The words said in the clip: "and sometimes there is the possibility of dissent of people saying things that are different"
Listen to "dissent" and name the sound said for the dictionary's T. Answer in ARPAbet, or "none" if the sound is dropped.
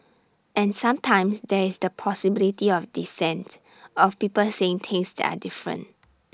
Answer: T